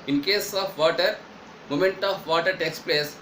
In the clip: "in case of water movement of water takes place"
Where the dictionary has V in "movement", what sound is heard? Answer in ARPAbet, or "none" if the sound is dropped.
none